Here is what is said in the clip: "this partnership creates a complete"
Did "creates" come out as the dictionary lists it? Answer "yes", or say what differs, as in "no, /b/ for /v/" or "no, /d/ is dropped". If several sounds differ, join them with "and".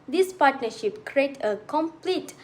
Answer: no, /s/ is dropped